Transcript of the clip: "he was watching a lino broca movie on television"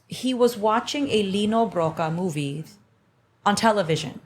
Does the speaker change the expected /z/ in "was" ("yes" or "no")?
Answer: no